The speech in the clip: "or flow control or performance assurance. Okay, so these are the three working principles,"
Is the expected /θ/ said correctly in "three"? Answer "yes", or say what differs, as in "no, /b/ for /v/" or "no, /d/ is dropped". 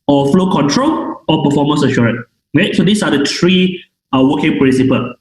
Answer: no, /t/ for /θ/